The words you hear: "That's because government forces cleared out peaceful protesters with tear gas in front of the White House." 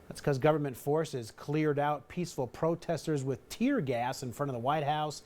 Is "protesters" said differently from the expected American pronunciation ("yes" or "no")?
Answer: no